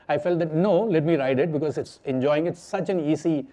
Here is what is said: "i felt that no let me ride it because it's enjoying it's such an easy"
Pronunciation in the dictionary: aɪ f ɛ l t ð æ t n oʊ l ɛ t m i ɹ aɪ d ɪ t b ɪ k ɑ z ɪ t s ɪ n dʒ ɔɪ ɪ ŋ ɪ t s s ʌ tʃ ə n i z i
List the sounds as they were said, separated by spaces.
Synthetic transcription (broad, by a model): aɪ f ɛ l t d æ t n oʊ l ɛ t m i ɹ aɪ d ɪ t b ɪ k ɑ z ɪ t s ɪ n dʒ ɔɪ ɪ ŋ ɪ t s s ʌ tʃ ə n i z i